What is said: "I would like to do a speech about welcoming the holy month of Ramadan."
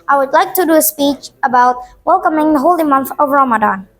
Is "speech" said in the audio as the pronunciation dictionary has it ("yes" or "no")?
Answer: yes